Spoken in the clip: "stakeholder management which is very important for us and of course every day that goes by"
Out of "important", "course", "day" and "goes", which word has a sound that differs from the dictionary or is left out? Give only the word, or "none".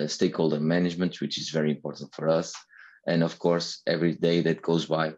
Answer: none